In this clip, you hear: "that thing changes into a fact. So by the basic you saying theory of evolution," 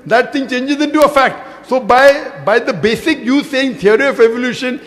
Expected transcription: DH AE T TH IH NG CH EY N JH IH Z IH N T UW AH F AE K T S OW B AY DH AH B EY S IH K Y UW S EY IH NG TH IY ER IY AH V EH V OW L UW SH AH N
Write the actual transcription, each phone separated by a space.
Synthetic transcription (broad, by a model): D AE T T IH NG CH EY N JH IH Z IH N T UW AH F AE K T S OW B AY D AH B EY S IH K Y UW S EY IH NG T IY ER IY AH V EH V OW L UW SH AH N